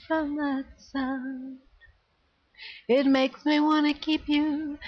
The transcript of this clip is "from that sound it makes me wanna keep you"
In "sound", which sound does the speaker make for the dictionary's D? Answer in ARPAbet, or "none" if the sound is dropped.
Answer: none